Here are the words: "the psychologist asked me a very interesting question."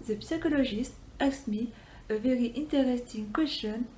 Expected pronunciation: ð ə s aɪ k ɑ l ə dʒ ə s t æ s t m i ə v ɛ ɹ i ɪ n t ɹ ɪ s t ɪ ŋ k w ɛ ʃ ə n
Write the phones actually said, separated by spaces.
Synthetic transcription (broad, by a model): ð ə s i k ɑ l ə ʒ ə s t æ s m i ə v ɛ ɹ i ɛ n t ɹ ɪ s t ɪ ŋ k w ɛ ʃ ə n